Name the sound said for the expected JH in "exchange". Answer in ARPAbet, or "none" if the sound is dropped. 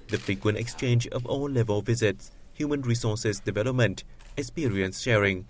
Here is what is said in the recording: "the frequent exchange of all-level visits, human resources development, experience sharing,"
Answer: JH